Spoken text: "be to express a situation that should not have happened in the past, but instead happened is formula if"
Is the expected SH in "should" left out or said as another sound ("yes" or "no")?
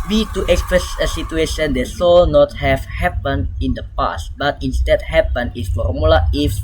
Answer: yes